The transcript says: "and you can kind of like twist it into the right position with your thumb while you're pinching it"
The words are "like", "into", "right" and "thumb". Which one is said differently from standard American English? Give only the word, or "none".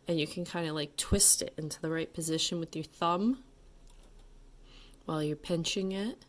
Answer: none